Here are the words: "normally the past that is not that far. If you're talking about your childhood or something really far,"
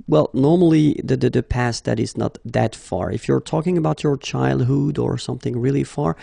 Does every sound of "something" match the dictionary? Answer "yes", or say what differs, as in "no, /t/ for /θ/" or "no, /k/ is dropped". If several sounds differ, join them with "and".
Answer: yes